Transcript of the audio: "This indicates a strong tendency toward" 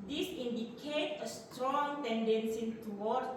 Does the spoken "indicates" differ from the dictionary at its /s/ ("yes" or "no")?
yes